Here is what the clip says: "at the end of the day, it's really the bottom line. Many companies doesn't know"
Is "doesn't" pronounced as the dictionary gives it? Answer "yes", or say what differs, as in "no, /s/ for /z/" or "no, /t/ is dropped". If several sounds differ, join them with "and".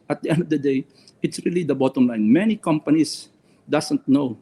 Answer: no, /s/ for /z/